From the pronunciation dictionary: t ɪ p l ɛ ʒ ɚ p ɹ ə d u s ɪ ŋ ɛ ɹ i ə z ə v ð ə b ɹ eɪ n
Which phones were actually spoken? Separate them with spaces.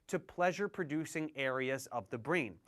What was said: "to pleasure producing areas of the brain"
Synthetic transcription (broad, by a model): t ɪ p l ɛ ʒ ɚ p ɹ ə d u s ɪ ŋ ɛ ɹ i ə z ə v ð ə b ɹ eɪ n